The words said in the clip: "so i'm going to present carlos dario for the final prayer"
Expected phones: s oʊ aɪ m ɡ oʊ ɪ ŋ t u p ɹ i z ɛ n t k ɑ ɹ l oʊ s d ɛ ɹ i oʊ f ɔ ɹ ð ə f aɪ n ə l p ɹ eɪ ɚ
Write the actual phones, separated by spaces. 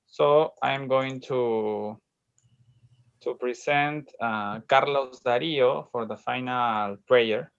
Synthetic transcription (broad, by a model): s oʊ aɪ m ɡ oʊ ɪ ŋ t u p ɹ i s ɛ n t k ɑ ɹ l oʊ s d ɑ ɹ i oʊ f ɔ ɹ ð ə f aɪ n ə l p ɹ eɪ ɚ